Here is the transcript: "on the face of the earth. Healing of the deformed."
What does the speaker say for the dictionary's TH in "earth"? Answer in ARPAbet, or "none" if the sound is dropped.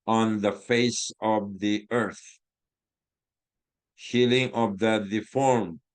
TH